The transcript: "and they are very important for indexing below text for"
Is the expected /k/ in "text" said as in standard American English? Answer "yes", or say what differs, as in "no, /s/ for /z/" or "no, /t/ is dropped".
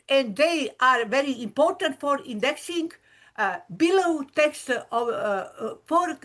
yes